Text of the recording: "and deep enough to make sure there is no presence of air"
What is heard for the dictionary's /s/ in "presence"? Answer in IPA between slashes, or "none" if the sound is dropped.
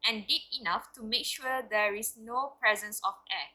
/s/